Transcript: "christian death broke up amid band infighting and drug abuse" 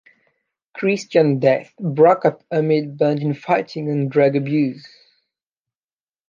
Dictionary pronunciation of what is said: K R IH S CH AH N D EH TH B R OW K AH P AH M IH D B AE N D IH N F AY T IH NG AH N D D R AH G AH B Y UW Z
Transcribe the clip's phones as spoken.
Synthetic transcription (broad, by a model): K R IH S CH AH N D EH TH B R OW K AH P AH M IH D B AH N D IH N F AY T IH NG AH N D D R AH G AH B Y UW Z